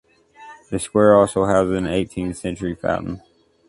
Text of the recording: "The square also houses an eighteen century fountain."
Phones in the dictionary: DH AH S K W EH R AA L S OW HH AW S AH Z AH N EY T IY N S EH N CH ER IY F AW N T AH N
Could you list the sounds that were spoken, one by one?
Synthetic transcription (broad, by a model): DH AH S K W EH R AA L S OW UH AH Z AH N EY T IY N S EH N CH ER IY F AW T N